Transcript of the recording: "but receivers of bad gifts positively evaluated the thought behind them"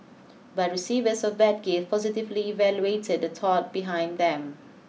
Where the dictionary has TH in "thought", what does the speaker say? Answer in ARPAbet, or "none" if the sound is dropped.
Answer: T